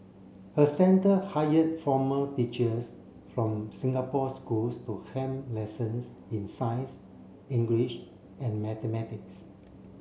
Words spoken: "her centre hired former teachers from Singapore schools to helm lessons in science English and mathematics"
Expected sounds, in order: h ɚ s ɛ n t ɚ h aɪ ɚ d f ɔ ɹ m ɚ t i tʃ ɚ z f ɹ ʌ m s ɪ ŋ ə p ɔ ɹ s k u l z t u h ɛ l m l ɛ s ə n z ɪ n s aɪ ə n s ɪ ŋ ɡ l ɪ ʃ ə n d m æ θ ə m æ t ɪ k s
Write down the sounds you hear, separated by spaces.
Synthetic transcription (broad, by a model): h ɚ s ɛ n t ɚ h aɪ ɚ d f ɔ m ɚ t i tʃ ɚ s f ɹ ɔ m s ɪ ŋ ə p ɔ s k u l s t u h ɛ m l ɛ s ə n s ɪ n s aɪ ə n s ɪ ŋ ɡ l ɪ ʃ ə n m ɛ t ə m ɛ t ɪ k s